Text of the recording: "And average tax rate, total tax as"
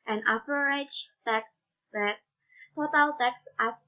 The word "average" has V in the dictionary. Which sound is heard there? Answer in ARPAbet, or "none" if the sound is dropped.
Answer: P